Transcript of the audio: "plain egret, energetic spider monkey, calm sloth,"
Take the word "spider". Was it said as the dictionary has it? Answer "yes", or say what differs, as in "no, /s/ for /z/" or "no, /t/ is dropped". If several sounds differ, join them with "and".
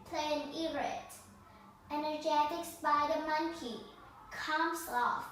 no, /b/ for /p/